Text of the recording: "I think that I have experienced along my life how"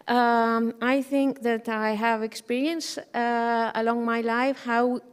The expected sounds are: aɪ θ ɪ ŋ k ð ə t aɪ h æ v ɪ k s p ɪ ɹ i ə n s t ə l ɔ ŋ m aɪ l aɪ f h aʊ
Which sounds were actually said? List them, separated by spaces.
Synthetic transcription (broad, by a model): aɪ θ ɪ ŋ k ð ə t aɪ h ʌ v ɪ k s p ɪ ɹ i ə n s ə l ɔ ŋ m aɪ l aɪ f h aʊ